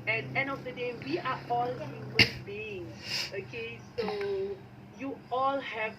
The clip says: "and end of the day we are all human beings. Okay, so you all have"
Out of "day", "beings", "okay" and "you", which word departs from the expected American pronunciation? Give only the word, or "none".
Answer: beings